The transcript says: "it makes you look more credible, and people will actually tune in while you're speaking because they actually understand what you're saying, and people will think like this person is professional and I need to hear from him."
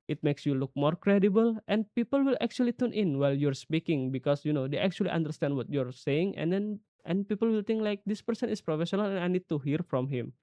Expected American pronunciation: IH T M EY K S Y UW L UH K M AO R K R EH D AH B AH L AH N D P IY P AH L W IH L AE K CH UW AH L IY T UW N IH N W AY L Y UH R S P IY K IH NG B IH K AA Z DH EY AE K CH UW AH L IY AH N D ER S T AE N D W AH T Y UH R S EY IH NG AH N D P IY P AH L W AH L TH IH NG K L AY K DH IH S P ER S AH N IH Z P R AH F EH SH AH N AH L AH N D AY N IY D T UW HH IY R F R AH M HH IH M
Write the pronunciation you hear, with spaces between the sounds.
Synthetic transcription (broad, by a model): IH T M EY K S Y UW L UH K M AO R K R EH D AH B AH L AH N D P IY P AH L W IH L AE K CH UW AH L IY T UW N IH N W AY L Y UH R S P IY K IH NG B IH K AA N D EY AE K CH UW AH L IY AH N D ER S T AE N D W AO T Y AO R S EY IH NG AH N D P IY P AH L W AH L T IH NG K L AY K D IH S P ER S AH N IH S P R AH F EH SH AH N AH L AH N AY N IY D T UW HH IY R F R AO M HH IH M